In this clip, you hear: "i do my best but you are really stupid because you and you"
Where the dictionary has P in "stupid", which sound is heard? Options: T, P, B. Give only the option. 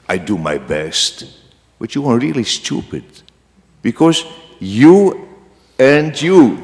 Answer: P